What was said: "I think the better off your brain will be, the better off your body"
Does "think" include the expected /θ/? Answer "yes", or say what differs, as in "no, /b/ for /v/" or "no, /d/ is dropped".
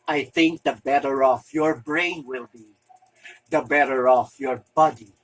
yes